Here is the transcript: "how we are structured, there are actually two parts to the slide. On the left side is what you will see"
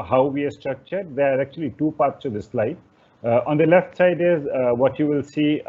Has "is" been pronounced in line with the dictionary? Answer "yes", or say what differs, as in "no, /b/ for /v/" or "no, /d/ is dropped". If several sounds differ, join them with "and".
yes